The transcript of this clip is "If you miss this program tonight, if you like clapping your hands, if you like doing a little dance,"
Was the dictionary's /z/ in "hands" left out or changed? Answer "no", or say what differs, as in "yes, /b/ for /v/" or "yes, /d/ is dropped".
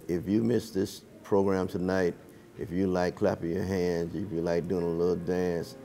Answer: no